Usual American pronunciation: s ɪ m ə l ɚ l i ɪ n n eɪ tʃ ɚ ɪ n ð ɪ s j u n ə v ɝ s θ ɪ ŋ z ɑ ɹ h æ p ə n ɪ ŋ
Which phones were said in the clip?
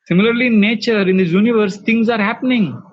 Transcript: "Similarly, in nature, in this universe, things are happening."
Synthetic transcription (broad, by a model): s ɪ m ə l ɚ l i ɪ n n eɪ tʃ ɚ ɪ n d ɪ j u n ə v ɝ s t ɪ ŋ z ɑ ɹ h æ p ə n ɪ ŋ